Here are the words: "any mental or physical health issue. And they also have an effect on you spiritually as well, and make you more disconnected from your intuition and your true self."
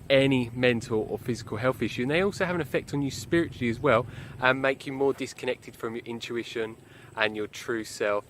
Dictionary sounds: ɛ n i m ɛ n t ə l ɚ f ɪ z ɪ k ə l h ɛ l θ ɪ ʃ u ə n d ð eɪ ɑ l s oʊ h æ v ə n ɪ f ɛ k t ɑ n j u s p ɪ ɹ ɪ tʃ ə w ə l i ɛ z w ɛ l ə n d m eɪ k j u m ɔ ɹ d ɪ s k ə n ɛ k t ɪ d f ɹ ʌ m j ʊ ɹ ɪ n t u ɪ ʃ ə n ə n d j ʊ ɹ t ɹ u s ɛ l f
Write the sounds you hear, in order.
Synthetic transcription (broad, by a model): ɛ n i m ɛ n t ə l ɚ f ɪ z ɪ k ə l h ɛ l θ ɪ ʃ u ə n ð eɪ ɑ l s oʊ h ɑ v ə n ɪ f ɛ k t n j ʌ s p ɪ ɹ ɪ tʃ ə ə l i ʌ z w ɛ l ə n m eɪ k j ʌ m ɔ d ɪ s k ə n ɛ k t ɪ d f ɹ ʌ m j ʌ ɹ ɪ n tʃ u ɪ ʃ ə n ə n j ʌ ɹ t ɹ u s ɛ l f